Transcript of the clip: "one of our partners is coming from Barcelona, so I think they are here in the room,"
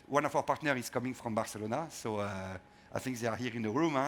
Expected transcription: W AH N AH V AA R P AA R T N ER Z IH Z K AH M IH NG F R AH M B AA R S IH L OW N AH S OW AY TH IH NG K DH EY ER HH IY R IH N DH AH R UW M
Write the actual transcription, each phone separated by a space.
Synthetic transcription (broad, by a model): W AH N AH V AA W P AA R T N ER IH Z K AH M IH NG F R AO M B AA R S IH L OW N AH S OW AY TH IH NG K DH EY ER HH IY R IH N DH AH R UW M